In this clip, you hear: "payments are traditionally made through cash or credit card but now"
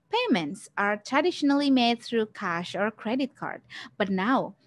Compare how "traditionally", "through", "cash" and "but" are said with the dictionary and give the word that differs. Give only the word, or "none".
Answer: none